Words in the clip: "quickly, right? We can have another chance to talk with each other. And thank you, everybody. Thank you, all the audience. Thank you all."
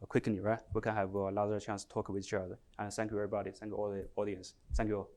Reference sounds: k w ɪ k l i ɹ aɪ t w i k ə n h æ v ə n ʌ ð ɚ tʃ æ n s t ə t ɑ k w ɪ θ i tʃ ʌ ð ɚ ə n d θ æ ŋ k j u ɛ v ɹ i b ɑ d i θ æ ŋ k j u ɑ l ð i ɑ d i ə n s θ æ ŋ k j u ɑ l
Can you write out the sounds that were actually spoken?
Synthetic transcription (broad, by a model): k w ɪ k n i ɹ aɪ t w i k ə n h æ v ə l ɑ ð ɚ tʃ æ n s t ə t ɑ k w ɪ i tʃ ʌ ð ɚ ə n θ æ ŋ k j u ɛ v ɹ i b ɑ d i θ æ ŋ k j u ɑ l ð i ɑ d i ə n s θ æ ŋ k j u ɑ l